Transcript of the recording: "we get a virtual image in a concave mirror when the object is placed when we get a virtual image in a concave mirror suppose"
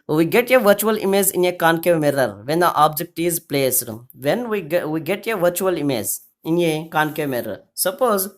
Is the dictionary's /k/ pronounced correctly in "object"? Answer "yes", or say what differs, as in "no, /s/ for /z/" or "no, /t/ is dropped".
yes